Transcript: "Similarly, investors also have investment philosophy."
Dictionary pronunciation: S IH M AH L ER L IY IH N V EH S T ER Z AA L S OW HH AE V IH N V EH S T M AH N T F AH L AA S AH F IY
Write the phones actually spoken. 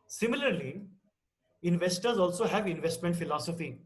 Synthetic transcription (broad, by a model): S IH M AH L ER L IY IH N V EH S T ER Z AA L S OW HH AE V IH N V EH S T M AH N T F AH L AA S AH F IY